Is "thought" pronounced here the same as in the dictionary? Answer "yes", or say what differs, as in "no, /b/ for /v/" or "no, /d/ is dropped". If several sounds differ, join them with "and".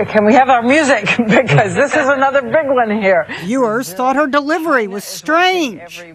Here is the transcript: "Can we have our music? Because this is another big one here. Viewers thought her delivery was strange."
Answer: yes